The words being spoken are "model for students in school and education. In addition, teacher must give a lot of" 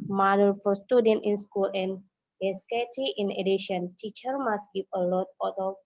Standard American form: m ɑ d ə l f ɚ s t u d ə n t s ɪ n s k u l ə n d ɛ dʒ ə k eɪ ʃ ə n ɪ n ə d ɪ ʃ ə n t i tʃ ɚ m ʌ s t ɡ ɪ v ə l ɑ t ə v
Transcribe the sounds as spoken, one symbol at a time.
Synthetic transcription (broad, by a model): m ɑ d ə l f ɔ s t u d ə n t ɪ n s k u l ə n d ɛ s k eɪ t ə ɪ n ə d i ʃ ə n t i tʃ ɚ m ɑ s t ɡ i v ə l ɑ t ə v